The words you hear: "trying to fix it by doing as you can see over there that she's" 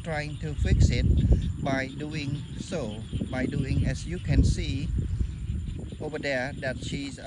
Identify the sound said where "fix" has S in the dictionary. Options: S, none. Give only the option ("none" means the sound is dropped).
S